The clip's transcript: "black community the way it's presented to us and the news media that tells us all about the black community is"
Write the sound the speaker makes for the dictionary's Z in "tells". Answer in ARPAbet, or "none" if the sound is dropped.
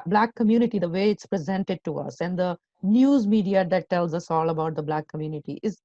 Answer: Z